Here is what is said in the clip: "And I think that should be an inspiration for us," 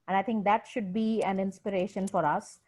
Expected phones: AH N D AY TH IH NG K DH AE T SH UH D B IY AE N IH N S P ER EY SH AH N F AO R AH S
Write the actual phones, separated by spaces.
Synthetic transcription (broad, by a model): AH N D AY T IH NG K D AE T SH UH D B IY AE N IH N S P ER EY SH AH N F AO R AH S